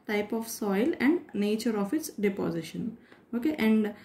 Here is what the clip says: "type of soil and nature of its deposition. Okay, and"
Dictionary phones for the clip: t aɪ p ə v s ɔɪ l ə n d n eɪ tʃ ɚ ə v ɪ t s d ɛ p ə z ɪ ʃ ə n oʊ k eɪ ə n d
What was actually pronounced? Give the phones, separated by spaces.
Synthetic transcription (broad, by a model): t aɪ p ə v s ɔɪ l ə n d n eɪ tʃ ɚ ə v ɪ t s d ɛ p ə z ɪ ʃ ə n oʊ k eɪ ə n d